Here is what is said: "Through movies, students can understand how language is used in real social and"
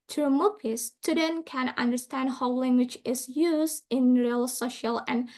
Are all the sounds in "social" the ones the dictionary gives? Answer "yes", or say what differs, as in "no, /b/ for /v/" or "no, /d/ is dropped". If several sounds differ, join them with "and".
yes